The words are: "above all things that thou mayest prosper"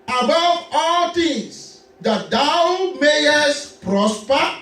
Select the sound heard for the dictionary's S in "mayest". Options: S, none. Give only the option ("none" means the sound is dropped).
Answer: S